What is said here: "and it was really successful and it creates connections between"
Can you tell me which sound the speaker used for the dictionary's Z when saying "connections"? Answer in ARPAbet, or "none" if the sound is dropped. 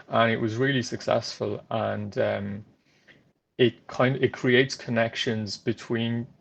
Z